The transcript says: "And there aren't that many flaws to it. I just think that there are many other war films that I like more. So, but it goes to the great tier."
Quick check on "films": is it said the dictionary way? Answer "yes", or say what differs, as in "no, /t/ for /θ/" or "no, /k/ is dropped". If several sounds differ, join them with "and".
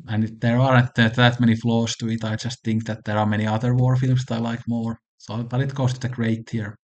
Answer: no, /s/ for /z/